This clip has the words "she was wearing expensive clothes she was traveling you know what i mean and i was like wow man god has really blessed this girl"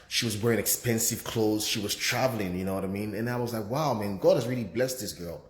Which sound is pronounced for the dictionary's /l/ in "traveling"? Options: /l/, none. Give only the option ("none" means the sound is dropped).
/l/